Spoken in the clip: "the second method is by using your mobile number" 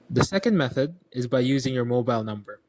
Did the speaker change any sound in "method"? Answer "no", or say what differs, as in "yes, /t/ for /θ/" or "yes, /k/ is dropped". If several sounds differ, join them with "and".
no